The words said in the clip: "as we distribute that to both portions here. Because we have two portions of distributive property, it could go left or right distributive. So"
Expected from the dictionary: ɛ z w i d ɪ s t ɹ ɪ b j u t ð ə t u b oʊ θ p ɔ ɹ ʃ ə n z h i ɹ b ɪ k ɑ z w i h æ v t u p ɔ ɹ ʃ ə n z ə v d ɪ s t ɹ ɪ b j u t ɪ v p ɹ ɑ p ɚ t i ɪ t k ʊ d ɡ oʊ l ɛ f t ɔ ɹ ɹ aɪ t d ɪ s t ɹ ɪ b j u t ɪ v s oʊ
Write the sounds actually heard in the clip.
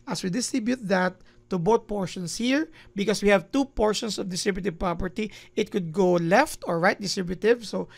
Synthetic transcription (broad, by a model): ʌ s w i d ɪ s t ɹ ɪ b j u t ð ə t u b oʊ t p ɔ ɹ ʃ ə n s h i ɹ b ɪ k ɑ s w i h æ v t u p ɔ ɹ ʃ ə n s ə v d ɪ s t ɹ ɪ b j u t ɪ v p ɹ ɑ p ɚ t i ɪ t k ʊ d ɡ oʊ l ɛ f t ɔ ɹ ɹ aɪ t d ɪ s t ɹ ɪ b j u t ɪ v s oʊ